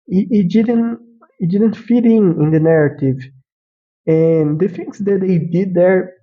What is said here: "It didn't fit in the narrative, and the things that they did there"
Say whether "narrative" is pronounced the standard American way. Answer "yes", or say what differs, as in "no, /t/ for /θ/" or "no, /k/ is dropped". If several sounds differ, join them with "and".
yes